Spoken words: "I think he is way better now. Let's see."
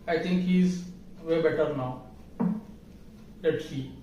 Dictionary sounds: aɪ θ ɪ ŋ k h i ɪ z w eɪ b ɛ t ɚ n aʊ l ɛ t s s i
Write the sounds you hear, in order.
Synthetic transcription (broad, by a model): aɪ t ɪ ŋ k h i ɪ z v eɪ b ɛ t ɚ n aʊ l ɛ t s s i